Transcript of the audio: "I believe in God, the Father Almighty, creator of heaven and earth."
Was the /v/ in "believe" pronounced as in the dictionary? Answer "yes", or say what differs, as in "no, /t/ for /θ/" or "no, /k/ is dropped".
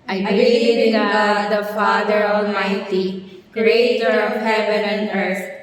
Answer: no, /v/ is dropped